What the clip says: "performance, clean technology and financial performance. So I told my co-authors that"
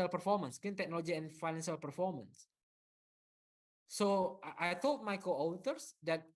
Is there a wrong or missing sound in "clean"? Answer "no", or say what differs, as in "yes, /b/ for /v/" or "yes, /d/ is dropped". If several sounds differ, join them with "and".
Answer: yes, /l/ is dropped